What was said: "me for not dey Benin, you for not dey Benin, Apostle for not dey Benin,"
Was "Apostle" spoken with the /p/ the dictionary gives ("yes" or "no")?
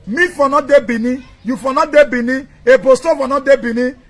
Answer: no